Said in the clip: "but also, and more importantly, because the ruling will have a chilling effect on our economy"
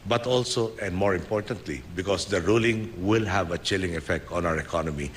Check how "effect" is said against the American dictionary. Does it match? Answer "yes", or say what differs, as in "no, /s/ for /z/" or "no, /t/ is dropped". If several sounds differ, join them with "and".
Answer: yes